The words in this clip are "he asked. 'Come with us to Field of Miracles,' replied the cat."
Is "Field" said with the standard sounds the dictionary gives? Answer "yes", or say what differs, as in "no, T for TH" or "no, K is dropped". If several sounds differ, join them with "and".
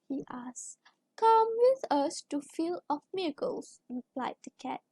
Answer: no, D is dropped